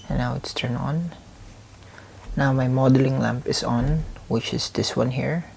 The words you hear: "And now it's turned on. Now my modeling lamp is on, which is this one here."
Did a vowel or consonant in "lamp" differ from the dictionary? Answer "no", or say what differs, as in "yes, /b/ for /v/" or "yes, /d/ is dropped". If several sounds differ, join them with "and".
no